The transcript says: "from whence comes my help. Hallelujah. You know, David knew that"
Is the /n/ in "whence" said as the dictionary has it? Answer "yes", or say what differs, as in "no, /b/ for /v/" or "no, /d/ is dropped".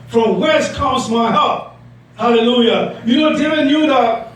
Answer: no, /n/ is dropped